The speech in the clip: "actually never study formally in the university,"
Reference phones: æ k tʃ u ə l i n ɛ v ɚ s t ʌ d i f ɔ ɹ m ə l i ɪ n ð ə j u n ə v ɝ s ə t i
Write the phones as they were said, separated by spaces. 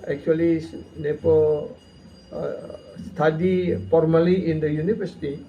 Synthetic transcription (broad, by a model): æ k tʃ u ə l i n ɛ p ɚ s t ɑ d i f ɔ ɹ m ə l i ɪ n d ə j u n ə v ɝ s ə t i